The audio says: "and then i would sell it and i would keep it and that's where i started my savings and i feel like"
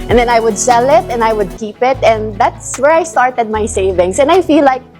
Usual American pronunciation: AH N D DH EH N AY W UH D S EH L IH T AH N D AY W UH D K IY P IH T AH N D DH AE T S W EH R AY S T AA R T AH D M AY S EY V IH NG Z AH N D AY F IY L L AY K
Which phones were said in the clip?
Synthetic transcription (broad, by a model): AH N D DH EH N AY W UH D S EH L IH T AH N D AY W UH D K IY P IH T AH N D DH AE T S W EH R AY S T AA R T AH D M AY S EY V IH NG S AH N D AY F IY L L AY K